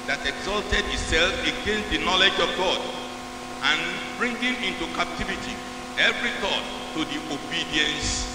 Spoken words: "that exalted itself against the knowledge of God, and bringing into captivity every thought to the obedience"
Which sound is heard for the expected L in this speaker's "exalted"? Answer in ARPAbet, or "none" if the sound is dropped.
L